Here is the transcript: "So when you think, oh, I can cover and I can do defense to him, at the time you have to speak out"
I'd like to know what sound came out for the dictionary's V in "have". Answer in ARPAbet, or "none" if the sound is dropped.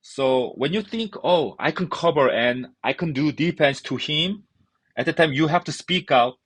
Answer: F